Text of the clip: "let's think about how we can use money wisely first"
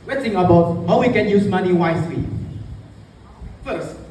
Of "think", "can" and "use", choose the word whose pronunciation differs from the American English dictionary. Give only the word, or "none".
think